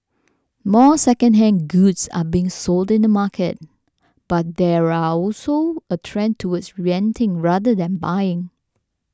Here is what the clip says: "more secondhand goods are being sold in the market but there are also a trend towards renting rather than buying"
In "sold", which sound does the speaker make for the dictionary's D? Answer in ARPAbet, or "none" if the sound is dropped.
D